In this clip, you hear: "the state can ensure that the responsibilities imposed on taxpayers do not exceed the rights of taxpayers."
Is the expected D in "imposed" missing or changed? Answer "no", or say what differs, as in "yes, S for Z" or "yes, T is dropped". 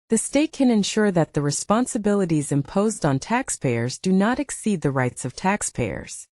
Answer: no